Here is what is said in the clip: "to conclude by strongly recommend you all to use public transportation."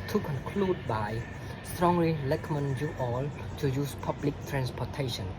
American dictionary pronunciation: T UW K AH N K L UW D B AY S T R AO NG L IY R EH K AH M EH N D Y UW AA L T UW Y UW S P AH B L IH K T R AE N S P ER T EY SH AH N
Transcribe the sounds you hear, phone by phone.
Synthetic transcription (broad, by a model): T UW K AH N K L UW D B AY S T R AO NG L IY L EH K M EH N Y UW AA L T UW Y UW S P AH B L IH K T R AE N S P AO T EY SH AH N